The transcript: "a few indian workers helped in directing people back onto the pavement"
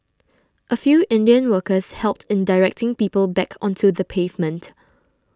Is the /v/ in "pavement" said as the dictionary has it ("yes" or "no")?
yes